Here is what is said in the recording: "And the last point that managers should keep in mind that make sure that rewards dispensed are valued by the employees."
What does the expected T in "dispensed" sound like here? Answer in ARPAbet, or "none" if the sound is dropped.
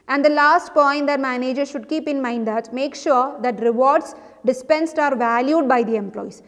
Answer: T